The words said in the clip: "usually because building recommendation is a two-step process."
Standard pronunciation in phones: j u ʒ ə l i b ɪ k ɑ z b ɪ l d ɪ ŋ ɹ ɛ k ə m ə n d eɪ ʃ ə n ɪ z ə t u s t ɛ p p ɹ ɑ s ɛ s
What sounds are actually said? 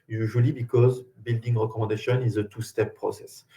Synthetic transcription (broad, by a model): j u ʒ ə l i b ɪ k ɑ z b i l d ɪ ŋ ɹ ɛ k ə m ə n d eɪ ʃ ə n ɪ z ə t u s t ɛ p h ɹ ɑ s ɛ s